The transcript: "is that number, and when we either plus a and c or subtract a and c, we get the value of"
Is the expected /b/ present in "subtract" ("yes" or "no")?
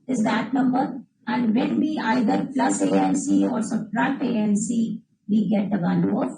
no